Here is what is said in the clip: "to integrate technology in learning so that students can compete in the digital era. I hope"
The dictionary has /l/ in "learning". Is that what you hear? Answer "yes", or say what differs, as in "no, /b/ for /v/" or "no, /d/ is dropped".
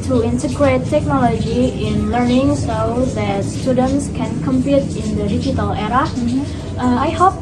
yes